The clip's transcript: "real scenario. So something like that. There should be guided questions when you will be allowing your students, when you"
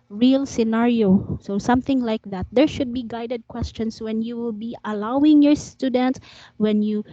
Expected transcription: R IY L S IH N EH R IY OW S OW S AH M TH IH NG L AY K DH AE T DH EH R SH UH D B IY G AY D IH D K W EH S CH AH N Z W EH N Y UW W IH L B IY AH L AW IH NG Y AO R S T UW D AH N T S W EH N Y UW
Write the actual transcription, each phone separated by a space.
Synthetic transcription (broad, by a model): R IY L S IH N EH R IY OW S OW S AH M TH IH NG L AY K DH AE T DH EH R SH UH D B IY G AY D IH D K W EH S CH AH N S W EH N Y UW W IH L B IY AH L AW IH NG Y AO R S T UW D AH N T S W EH N Y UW